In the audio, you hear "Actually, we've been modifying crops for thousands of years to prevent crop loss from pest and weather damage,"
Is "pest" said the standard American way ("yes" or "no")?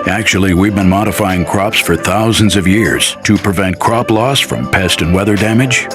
yes